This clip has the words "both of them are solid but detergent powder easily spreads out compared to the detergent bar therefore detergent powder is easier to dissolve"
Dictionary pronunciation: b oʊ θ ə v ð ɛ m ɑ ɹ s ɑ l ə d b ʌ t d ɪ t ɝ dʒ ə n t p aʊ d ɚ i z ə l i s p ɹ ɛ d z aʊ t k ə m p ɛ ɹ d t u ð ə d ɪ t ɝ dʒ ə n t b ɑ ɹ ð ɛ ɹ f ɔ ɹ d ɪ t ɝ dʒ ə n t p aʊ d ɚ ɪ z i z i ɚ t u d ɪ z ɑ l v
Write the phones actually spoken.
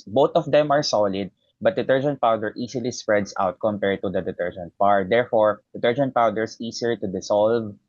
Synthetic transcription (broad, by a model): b oʊ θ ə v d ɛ m ɑ ɹ s ɑ l ə d b ʌ t d ɪ t ɝ dʒ ə n t p aʊ d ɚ i s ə l i s p ɹ ɛ d s aʊ t k ə m p ɛ ɹ d t u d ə d ɪ t ɝ dʒ ə n t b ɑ ɹ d ɛ ɹ f ɔ ɹ d ɪ t ɝ dʒ ə n t p aʊ d ɚ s i s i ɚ t u d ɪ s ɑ l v